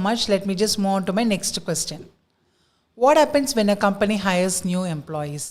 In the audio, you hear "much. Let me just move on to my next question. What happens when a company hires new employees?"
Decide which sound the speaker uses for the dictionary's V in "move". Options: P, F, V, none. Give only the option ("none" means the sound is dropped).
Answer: none